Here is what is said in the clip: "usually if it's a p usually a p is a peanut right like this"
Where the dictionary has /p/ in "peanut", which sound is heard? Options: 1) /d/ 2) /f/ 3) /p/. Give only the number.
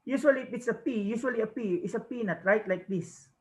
3